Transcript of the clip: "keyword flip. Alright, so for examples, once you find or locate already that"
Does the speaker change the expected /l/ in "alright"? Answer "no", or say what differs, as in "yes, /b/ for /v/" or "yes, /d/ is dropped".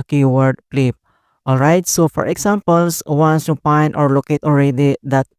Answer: no